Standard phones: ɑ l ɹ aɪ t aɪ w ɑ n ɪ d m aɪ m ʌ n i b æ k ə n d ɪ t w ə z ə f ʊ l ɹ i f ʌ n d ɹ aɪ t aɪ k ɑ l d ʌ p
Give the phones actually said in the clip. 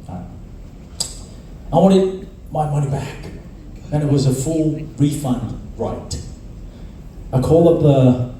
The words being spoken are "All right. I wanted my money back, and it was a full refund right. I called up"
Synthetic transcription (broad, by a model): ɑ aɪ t aɪ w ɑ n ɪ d m aɪ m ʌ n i b æ k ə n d ɪ t w ə z ə f ʊ l ɹ i f ʌ n d ɹ aɪ t aɪ k ɑ l ʌ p